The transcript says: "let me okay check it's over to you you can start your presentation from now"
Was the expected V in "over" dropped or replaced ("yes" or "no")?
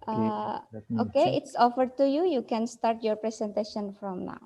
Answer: yes